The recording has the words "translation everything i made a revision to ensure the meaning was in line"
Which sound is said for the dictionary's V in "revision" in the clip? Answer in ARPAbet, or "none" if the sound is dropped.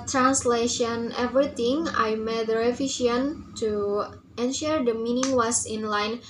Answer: F